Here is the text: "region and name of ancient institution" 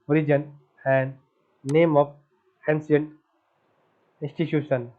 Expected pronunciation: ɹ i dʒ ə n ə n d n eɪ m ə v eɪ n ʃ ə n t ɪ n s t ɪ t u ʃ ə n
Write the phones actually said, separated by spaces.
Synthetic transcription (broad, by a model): ɹ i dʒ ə n ə n d n eɪ m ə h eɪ n s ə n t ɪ n s t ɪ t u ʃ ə n